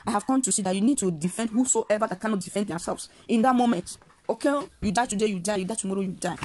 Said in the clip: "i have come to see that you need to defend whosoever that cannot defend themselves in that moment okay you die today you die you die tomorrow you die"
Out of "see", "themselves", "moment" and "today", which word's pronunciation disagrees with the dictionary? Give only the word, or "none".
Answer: themselves